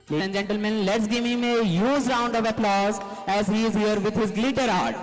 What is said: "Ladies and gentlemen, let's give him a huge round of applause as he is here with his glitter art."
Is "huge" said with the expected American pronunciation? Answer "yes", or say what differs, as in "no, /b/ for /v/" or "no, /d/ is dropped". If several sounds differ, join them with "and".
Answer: no, /z/ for /dʒ/